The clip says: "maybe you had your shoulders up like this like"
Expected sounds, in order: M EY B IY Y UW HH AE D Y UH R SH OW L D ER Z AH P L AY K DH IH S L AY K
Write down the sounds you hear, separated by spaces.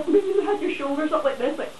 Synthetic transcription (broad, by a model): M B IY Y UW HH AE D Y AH R SH OW L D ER S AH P L AY K DH IH S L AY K